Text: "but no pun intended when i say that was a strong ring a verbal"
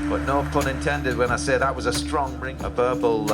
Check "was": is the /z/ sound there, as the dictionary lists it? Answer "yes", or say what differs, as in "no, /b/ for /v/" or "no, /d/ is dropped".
yes